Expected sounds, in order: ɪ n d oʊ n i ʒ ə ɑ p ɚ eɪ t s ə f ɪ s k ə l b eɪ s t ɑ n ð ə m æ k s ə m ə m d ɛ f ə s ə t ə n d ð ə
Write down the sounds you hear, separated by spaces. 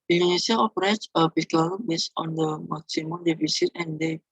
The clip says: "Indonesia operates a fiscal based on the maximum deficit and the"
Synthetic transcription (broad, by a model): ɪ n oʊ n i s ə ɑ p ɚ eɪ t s ə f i k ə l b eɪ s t ɑ n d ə m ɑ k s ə m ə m d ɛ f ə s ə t ə n d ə